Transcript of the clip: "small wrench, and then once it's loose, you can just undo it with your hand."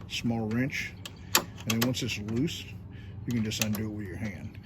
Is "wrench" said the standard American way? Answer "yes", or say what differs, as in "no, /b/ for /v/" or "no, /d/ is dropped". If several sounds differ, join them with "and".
yes